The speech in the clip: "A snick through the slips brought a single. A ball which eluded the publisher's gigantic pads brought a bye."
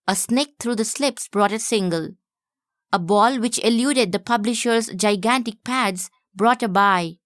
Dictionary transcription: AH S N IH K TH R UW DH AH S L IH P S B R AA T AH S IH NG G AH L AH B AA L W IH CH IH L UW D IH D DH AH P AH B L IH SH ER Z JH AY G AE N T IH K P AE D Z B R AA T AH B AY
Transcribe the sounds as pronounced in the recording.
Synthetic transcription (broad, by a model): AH S N IH K T R UW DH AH S L IH P S B R AA T AH S IH NG G AH L AH B AA L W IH CH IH L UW D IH D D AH P AH B L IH SH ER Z JH AY G AE N T IH K P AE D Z B R AA T AH B AY